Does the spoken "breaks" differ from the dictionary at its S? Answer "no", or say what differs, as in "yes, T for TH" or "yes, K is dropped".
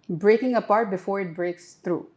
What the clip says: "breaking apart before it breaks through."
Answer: no